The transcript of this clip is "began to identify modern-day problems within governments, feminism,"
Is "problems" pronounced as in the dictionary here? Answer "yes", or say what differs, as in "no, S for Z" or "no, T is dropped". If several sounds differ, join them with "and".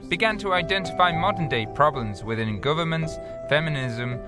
yes